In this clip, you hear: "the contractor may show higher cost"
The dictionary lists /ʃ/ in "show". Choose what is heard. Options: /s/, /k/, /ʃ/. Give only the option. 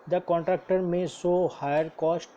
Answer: /s/